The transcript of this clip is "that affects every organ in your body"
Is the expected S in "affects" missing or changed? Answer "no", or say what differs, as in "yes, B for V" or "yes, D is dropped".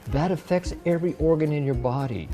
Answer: no